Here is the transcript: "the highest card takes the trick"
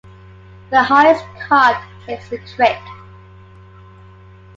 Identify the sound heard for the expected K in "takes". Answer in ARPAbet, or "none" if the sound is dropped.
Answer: none